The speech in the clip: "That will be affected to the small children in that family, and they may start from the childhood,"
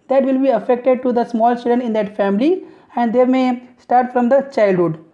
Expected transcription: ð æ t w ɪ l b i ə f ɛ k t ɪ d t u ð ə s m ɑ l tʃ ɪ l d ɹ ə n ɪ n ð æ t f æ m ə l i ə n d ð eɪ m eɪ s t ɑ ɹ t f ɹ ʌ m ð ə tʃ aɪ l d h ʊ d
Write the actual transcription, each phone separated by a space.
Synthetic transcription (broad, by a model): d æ t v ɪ l b i ə f ɛ k t ɪ d t u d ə s m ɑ l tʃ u d ə n ɪ n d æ t f æ m ə l i ə n d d eɪ m eɪ s t ɑ ɹ t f ɹ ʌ m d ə tʃ aɪ l d h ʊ d